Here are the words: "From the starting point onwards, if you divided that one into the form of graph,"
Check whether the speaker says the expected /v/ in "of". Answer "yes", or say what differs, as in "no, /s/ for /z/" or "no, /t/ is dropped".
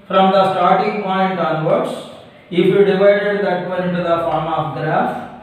no, /p/ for /v/